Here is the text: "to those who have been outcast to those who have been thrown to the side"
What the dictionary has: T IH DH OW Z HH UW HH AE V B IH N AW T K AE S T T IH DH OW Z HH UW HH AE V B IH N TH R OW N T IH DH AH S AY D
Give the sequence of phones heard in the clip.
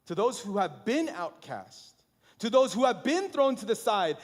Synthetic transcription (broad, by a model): T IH DH OW Z HH UW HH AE V B IH N AW T K AE S T T IH DH OW Z HH UW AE V B IH N TH R OW N T IH DH AH S AY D